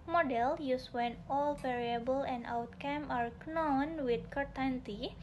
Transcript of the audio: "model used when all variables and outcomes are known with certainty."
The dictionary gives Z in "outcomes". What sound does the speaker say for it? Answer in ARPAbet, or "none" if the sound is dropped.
none